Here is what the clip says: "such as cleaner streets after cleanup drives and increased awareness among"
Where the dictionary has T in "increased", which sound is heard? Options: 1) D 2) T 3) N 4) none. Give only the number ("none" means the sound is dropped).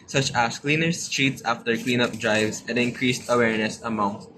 2